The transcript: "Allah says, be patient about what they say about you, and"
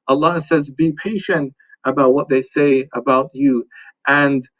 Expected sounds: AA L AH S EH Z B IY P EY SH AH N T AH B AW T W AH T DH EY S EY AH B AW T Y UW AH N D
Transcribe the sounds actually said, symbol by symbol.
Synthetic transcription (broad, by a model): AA L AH S EH Z B IY P EY SH AH N T AH B AW T W AH T DH EY S EY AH B AW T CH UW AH N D